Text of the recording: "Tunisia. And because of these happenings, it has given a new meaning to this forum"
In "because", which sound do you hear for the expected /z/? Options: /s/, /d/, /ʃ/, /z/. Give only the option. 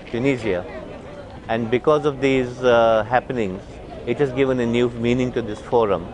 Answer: /z/